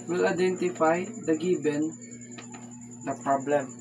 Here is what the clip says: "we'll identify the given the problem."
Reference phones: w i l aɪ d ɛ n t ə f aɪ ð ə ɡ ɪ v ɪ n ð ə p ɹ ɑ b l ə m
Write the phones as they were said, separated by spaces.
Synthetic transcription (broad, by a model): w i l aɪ d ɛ n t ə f aɪ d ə ɡ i b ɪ n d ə p ɹ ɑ b l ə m